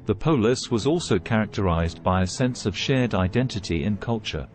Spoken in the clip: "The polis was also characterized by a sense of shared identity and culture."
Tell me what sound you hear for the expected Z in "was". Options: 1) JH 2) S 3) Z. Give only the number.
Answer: 3